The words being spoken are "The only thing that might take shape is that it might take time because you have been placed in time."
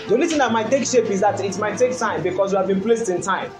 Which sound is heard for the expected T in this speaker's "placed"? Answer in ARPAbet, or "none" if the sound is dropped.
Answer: T